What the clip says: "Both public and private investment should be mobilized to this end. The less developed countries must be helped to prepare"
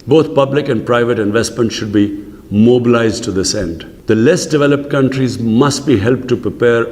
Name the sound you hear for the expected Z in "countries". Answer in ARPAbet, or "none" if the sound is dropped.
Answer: Z